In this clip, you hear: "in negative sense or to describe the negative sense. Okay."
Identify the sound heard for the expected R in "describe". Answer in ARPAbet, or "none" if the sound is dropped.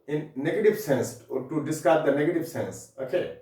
none